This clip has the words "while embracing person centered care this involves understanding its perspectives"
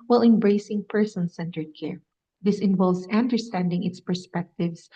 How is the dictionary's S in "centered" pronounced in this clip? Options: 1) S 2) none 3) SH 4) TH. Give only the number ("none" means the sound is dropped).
1